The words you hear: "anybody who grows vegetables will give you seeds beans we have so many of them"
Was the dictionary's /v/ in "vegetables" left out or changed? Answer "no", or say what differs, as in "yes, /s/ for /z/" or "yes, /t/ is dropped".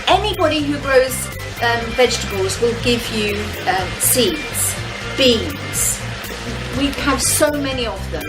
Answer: no